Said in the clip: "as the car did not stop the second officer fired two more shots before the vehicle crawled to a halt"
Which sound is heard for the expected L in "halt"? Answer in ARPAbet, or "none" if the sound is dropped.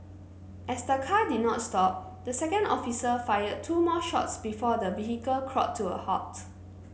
none